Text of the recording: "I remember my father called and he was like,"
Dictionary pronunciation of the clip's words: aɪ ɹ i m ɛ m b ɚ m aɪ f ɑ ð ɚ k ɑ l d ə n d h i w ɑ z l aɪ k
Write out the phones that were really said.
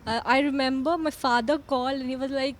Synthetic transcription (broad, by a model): aɪ ɹ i m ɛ m b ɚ m aɪ f ɑ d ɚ k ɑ l ə n h i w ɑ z l aɪ k